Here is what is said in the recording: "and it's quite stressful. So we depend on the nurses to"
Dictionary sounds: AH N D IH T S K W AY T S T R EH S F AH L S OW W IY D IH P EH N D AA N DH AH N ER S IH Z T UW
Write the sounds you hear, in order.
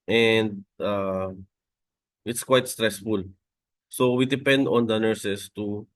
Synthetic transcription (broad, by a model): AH N D IH T S K W AY T S T R EH S F AH L S OW W IY D IH P EH N D AA N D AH N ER S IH S T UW